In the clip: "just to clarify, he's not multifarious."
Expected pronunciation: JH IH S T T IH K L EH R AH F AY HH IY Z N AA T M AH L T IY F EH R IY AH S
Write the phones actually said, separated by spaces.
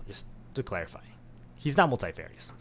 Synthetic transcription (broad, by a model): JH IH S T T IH K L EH R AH F AY HH IY Z N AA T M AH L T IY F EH R IY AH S